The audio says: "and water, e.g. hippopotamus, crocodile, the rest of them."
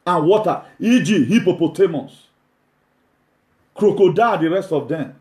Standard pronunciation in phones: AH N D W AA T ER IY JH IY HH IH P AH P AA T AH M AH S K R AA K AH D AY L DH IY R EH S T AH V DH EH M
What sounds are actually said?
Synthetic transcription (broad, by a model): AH N W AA T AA IY JH IY HH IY P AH P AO T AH M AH S K R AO K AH D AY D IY R EH S T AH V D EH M